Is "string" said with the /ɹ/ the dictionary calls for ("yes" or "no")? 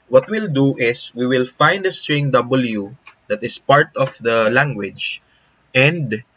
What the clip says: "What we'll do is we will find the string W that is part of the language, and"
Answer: yes